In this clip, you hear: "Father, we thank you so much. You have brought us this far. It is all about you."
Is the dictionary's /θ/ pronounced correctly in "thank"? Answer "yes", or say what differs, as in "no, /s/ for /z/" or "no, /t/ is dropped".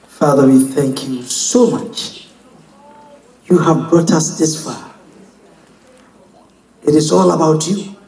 yes